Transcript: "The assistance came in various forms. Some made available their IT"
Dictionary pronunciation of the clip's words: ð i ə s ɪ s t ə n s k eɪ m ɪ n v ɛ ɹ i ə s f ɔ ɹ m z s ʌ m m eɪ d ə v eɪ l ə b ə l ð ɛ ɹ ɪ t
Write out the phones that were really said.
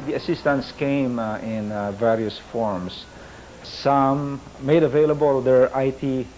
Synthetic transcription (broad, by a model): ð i ə s ɪ s t ə n s k eɪ m ɪ n v ɛ ɹ i ə s f ɔ ɹ m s s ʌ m m eɪ d ə v eɪ l ə b ə l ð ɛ ɹ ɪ t